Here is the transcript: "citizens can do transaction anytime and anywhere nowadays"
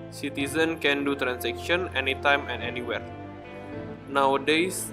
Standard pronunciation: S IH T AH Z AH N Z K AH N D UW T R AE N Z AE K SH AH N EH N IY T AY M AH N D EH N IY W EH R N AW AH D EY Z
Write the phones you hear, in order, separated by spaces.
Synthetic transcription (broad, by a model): S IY T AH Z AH N K AH N D UW T R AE N S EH K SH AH N EH N IY T AY M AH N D EH N IY W EH R N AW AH D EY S